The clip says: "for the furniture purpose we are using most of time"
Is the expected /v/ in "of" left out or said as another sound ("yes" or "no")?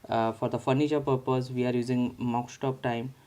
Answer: yes